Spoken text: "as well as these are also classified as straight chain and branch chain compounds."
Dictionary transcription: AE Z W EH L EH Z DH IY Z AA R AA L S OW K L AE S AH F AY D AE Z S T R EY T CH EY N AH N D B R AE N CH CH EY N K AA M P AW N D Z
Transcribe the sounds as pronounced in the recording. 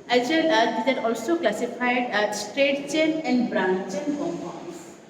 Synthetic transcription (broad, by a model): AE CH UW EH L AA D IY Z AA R AA L S OW K L AE S AH F AY D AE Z S T R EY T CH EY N AH N D B R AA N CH CH EY N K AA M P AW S